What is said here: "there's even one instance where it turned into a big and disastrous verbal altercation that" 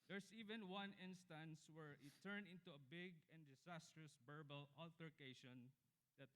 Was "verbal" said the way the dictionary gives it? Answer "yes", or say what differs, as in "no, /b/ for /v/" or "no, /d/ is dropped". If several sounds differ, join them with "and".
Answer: no, /b/ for /v/